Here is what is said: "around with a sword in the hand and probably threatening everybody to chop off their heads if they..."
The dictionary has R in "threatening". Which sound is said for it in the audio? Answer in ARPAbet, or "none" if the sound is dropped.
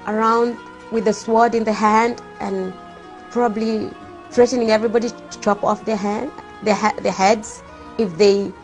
R